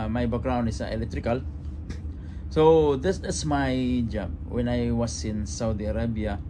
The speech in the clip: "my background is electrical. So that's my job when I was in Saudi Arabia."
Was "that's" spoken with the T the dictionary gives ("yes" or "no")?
no